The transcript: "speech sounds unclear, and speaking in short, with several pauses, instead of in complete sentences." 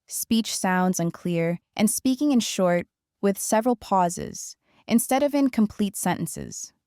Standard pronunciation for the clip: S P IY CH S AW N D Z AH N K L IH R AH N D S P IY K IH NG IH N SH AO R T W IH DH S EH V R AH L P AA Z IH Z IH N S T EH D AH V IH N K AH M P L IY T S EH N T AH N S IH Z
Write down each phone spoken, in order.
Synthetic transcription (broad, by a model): S P IY CH S AW N D Z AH N K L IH R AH N S P IY K IH NG IH N SH AO R T W IH DH S EH V R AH L P AA Z IH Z IH N S T EH D AH V IH N K AH M P L IY T S EH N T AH N S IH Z